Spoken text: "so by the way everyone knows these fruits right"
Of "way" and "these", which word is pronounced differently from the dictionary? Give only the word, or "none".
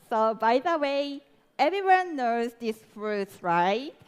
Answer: these